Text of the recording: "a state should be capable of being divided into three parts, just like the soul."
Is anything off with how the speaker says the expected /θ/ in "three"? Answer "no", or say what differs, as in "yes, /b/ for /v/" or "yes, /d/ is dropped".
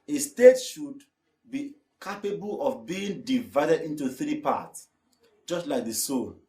no